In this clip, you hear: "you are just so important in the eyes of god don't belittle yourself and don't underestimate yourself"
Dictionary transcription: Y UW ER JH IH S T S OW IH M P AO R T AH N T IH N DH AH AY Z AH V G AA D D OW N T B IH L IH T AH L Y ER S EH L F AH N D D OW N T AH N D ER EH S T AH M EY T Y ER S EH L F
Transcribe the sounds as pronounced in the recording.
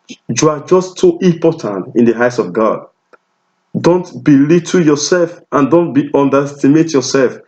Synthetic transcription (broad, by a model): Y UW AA JH IH S T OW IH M P AO T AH N T IH N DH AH AY S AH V G AA D D OW N T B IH L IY T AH Y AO S EH L F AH N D D OW N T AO N D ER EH S T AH M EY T Y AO S EH L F